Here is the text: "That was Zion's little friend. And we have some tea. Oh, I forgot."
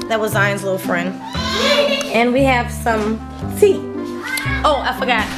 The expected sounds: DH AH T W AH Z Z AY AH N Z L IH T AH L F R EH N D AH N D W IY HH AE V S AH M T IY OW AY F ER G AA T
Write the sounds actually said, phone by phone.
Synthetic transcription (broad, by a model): DH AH T W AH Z Z AY AH N Z L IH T L F R EH N D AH N W IY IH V S AH M S IY OW AY F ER G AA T